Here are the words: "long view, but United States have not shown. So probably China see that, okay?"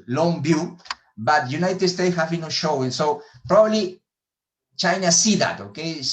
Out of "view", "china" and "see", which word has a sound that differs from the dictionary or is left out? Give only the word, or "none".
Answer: view